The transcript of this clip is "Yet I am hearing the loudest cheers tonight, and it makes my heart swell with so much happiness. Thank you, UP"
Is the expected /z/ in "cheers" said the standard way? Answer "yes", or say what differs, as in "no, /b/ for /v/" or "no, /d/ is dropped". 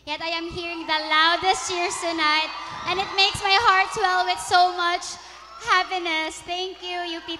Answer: no, /s/ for /z/